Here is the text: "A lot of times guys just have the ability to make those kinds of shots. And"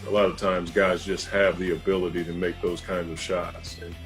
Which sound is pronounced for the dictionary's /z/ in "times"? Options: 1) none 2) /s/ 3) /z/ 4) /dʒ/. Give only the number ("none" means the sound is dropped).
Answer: 3